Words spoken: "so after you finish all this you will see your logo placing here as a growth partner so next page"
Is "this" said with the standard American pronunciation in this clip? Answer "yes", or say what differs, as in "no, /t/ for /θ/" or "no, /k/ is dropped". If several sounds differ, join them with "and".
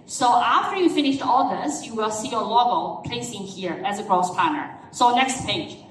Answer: yes